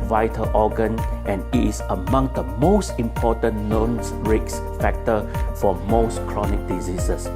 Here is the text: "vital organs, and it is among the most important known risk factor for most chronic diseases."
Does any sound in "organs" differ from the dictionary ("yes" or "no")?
yes